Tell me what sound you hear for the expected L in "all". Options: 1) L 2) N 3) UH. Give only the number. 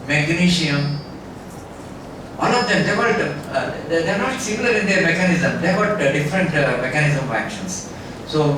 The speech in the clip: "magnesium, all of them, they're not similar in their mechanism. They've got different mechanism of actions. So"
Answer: 2